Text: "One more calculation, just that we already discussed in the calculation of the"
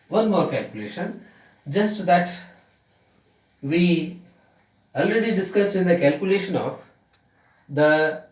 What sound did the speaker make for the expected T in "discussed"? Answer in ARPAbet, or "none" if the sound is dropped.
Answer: none